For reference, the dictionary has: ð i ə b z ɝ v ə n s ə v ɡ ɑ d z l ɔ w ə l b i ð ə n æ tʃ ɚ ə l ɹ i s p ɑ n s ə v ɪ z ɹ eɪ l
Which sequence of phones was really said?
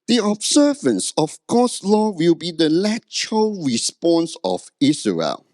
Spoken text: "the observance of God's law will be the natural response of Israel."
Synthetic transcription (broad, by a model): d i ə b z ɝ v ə n s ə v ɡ ɑ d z l ɔ w ə l b i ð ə l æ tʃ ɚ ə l ɹ i s p ɑ n s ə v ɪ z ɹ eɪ l